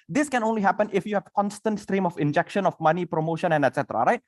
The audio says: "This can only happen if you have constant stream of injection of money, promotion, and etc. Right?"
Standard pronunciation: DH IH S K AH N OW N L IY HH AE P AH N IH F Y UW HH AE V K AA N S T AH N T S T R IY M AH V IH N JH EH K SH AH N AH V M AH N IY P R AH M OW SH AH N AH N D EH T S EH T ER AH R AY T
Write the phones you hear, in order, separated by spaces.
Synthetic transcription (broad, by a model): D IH S K AH N OW N L IY HH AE P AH N IH F Y UW HH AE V K AA N S T AH N T S T R IY M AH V IH N JH EH K SH AH N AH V M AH N IY P R AH M OW SH AH N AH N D EH T S EH T ER AH R AY T